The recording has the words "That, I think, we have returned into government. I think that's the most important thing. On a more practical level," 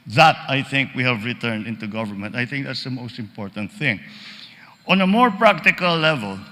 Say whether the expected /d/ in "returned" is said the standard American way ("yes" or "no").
yes